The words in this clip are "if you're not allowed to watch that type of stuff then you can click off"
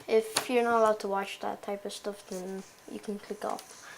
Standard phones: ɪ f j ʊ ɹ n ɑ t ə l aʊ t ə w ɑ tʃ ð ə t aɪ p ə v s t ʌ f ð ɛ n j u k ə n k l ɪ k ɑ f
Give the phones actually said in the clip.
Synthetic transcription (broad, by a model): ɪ f j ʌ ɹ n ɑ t ə l aʊ t ə w ɑ tʃ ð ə t aɪ p ə v s t ʌ f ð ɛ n j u k ə n k l ɪ k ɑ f